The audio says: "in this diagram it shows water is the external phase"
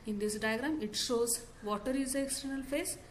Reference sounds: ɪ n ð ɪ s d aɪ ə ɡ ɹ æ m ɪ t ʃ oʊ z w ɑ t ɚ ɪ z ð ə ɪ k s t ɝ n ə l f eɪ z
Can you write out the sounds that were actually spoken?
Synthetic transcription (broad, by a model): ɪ n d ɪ s d aɪ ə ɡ ɹ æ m ɪ t ʃ oʊ z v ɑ t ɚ ɪ z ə ɪ k s t ɝ n ə l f eɪ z